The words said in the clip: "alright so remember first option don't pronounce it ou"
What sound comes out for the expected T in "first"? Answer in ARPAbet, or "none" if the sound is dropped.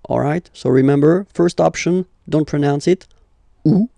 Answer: T